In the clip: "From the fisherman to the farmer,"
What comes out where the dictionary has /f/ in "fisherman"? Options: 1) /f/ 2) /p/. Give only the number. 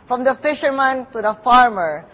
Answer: 1